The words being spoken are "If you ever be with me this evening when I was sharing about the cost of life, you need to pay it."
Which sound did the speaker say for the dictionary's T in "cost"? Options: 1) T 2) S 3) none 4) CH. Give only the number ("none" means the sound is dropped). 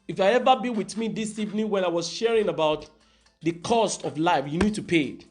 1